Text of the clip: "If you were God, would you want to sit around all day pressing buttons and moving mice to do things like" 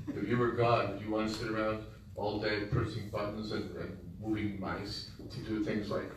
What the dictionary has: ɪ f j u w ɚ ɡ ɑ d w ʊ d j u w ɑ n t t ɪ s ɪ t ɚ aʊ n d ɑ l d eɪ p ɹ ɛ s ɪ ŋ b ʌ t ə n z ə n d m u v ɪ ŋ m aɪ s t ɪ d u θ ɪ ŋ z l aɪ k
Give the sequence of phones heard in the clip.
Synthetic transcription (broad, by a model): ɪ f j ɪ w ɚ ɡ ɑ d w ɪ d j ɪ w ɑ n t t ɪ s ɪ t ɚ aʊ n d ɑ l d eɪ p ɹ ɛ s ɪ ŋ b ʌ t n z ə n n m u v ɪ ŋ m aɪ s t ɪ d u θ ɪ ŋ z l aɪ k